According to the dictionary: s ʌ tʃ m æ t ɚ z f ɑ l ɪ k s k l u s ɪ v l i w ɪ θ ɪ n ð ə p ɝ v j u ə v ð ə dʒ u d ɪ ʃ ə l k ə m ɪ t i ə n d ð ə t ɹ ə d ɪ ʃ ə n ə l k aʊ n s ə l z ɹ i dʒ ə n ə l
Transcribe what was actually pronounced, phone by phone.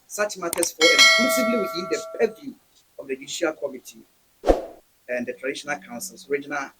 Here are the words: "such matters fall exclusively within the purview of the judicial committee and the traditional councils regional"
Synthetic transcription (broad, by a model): s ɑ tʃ m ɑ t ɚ s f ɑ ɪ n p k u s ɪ b l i w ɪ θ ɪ n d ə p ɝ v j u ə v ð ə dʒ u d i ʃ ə l k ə m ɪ t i ə n d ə t ɹ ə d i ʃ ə n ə l k aʊ n s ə l s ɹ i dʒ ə n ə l